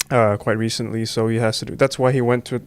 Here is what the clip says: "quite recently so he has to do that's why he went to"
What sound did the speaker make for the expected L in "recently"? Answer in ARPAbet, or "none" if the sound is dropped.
L